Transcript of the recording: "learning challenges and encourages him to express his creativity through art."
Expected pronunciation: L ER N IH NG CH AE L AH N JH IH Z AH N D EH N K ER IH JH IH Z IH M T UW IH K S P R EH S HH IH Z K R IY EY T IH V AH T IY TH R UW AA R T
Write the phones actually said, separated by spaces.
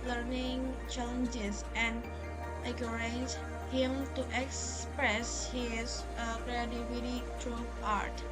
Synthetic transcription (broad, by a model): L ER N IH NG CH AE L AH N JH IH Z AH N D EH K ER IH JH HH IH M T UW IH K S P R EH S HH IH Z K R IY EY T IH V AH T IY T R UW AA R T